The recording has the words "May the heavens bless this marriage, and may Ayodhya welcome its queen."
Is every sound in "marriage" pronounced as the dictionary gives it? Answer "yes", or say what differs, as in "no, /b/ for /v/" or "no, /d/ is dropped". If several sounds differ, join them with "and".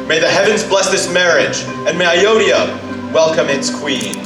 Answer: yes